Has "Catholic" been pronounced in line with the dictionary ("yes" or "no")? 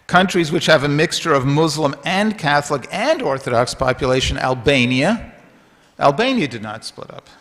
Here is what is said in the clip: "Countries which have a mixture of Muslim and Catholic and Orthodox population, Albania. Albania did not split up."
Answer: yes